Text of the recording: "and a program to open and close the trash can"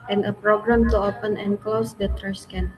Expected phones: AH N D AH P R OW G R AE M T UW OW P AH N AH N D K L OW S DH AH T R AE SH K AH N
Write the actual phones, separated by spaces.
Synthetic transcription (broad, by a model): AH N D AH P R OW G R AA M T UW OW P AH N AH N K L OW S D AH T R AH S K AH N